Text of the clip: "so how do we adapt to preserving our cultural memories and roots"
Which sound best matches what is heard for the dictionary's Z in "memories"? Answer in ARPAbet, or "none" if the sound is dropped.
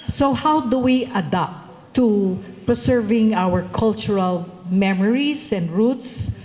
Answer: S